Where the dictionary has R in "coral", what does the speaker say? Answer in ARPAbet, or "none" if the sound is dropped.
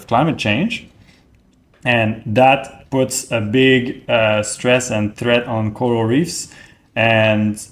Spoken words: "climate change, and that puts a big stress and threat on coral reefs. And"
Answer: none